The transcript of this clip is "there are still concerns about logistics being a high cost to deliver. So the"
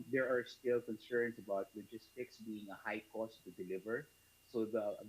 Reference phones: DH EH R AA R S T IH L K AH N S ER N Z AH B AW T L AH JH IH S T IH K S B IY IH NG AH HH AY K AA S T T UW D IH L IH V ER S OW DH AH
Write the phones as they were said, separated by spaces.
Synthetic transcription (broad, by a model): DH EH R AA R S T IH L K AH N S ER N S AH B AW T W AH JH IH S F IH K S B IY IH NG AH HH AY K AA S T T UW D IH L IH V ER S OW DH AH